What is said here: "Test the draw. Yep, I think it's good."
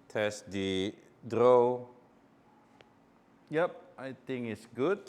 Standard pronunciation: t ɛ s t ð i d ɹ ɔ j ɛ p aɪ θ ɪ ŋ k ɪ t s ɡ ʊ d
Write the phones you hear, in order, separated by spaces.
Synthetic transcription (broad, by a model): t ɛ s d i d ɹ ɔ j ɛ p aɪ t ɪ ŋ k ɪ t s ɡ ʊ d